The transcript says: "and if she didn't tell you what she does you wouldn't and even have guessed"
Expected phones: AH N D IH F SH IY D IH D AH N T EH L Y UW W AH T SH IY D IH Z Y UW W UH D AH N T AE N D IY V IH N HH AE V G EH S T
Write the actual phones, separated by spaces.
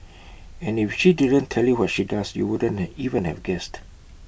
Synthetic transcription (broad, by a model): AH N IH F SH IY D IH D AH N T EH L Y UW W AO T SH IY D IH S Y UW W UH D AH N N IY V IH N HH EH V G EH S T